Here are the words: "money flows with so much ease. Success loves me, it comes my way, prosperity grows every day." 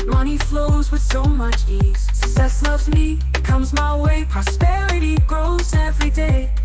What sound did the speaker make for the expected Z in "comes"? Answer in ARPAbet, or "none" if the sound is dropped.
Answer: Z